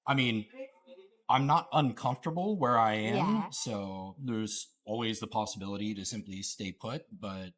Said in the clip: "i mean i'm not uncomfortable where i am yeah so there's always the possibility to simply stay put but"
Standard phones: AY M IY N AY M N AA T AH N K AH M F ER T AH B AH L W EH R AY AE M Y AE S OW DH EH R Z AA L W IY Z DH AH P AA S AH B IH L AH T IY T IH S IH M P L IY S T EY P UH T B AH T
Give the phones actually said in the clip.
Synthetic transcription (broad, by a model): AY M IY N AY M N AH T AH N K AH M F T AH B L W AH R AY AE M S OW DH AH R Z AA L W IY Z DH AH P AA S AH B IH L AH T IY T IH S IH M P L IY S T EY P UH T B AH T